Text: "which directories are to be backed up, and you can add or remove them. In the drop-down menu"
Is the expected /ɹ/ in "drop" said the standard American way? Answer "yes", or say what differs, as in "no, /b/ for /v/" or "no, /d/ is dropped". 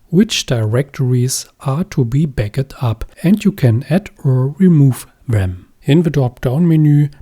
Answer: no, /ɹ/ is dropped